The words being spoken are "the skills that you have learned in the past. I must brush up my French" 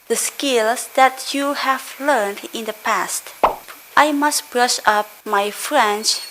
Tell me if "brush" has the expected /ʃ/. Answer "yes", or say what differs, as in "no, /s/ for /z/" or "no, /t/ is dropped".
yes